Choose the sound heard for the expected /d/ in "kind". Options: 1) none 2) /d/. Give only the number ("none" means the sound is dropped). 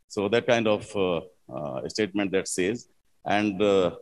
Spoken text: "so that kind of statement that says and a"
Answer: 2